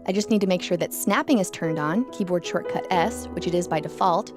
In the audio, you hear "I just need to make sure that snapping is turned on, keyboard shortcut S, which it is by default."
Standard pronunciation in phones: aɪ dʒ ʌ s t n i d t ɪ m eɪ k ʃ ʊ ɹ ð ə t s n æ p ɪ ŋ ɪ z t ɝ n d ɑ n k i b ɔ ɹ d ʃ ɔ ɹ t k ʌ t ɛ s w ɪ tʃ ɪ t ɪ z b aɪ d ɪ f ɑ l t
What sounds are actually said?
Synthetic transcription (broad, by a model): aɪ dʒ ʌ s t n i d t ɪ m eɪ k ʃ ʊ ɹ ð ə t s n æ p ɪ ŋ ɪ z t ɝ n d n k i b ɔ ɹ d ʃ ɔ ɹ t k ʌ t ɛ s w ɪ tʃ ɪ t ɪ z b aɪ d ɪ f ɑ l t